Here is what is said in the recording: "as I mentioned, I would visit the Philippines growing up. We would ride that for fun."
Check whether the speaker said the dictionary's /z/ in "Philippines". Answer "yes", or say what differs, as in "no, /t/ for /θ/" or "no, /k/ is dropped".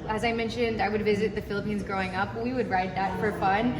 yes